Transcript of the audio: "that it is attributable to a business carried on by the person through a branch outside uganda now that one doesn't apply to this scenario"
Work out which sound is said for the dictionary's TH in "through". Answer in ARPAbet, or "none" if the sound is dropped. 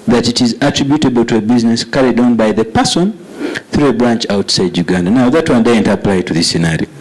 TH